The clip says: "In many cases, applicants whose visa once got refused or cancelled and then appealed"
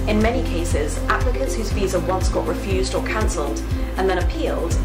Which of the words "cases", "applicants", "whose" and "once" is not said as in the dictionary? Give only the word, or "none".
applicants